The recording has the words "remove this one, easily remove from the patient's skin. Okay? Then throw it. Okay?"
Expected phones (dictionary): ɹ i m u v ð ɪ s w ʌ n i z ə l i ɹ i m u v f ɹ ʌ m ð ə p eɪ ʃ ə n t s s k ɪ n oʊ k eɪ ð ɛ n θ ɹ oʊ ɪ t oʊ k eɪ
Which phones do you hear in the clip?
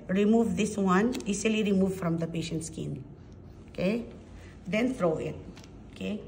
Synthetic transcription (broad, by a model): ɹ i m u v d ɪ s w ʌ n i s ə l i ɹ i m u v f ɹ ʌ m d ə p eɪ ʃ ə n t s s k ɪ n oʊ k eɪ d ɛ n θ ɹ oʊ ɪ t oʊ k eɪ